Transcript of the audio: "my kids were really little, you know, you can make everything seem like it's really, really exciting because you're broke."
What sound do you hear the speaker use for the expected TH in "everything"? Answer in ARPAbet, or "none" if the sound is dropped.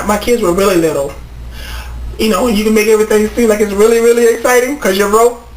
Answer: TH